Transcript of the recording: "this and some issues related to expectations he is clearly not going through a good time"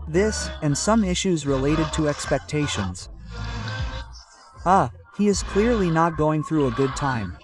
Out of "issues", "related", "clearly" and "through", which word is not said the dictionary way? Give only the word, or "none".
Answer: none